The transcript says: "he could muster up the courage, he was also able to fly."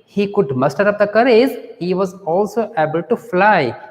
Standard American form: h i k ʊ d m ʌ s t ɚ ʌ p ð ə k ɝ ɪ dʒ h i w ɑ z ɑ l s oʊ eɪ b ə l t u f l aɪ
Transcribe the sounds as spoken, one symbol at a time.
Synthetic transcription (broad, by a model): h i k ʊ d m ʌ s t ɚ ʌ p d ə k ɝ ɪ z h i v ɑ z ɑ l s oʊ eɪ b ə l t u f l aɪ